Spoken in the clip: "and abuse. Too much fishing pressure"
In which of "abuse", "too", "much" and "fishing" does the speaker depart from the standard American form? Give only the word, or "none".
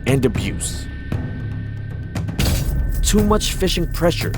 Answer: none